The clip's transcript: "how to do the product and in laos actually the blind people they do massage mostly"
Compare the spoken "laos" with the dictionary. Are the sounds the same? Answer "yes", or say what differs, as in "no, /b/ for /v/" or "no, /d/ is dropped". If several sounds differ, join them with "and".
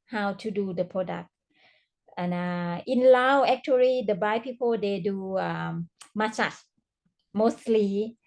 no, /s/ is dropped